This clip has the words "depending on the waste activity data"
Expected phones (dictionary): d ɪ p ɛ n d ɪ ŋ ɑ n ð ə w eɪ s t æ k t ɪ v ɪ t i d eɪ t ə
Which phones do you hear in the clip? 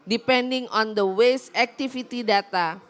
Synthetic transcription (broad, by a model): d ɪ p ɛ n d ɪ ŋ ɑ n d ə w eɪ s æ k t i f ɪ t i d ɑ t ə